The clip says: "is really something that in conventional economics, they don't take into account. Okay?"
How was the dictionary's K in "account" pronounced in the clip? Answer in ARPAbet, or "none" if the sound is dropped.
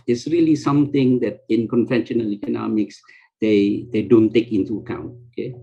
K